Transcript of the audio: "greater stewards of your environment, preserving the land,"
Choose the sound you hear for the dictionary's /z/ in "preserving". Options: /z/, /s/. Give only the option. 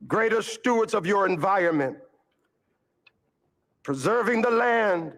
/z/